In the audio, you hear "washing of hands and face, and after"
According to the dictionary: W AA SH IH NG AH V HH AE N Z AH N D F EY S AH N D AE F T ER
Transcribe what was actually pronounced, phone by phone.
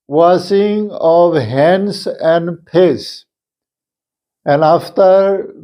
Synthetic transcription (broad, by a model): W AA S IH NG AH V HH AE N S AH N D P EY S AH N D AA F T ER